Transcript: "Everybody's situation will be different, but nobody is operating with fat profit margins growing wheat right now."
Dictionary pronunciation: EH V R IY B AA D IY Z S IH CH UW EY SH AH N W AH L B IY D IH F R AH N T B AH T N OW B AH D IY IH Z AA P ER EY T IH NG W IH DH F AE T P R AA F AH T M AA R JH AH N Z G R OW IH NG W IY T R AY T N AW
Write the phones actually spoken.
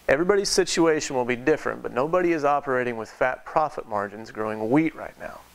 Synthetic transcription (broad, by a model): EH V R IY B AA D IY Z S IH CH UW EY SH AH N W AH L B IY D IH F R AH N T B AH T N OW B AH D IY IH Z AA P ER EY T IH NG W IH DH F AE T P R AA F AH T M AA R JH AH N Z G R OW IH NG W IY T R AY T N AW